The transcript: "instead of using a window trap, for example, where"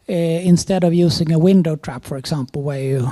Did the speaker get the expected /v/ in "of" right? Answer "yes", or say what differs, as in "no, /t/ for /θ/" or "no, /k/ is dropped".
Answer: yes